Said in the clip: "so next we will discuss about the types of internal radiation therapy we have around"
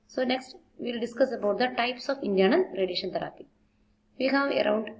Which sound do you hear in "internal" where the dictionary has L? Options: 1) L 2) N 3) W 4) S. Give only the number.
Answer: 2